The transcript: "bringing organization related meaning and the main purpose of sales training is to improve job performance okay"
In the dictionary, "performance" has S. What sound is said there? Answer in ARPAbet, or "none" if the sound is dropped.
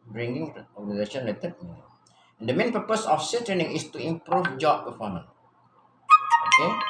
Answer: none